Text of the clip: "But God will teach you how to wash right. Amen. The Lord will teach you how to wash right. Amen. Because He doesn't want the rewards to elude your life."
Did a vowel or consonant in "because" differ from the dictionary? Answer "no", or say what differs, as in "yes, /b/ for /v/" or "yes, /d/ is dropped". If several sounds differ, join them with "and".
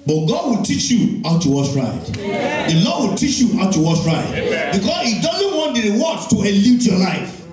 yes, /s/ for /z/